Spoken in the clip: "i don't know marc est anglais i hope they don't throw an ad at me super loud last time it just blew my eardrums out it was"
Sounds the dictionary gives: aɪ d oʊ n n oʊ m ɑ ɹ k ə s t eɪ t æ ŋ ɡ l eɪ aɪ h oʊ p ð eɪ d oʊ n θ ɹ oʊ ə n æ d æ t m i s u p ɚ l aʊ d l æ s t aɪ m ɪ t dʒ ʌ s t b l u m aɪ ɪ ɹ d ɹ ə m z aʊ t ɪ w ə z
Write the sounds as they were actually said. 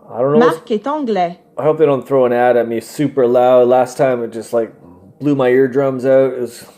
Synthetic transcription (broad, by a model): aɪ d oʊ n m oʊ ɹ k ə t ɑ ɡ l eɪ aɪ h oʊ p ð eɪ d oʊ n θ ɹ oʊ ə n æ d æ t m i s u p ɚ l aʊ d l æ s t aɪ m ɪ t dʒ ʌ s t b l u m aɪ ɪ ɹ d ɹ ə m z aʊ t ɪ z